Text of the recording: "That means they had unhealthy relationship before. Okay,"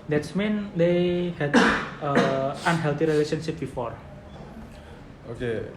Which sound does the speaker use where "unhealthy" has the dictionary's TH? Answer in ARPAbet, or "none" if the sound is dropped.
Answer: T